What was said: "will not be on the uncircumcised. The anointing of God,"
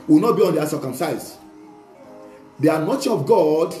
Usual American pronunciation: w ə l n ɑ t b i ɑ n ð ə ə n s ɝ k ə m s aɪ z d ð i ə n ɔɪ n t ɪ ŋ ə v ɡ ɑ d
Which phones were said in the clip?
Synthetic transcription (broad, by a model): w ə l n ɑ t b i ɑ n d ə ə s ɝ k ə m s aɪ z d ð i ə n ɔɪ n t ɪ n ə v ɡ ɑ d